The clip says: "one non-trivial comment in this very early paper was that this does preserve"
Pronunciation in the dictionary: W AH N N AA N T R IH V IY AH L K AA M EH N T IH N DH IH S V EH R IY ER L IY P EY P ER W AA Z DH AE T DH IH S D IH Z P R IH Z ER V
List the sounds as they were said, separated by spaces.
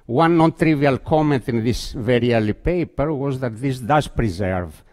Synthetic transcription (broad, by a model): W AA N N AA N T R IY V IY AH L K AA M EH N T IH N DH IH S V EH R IY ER L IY P EY P ER W AA Z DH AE T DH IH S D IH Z P R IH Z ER V